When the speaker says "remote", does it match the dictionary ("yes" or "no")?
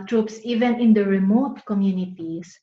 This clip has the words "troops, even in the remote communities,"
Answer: yes